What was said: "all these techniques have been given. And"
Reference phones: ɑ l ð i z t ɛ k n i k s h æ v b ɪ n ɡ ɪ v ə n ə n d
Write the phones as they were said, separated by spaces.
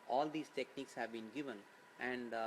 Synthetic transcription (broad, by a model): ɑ l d i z t ɛ k n i k s h æ v b ɪ n ɡ ɪ v ə n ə n d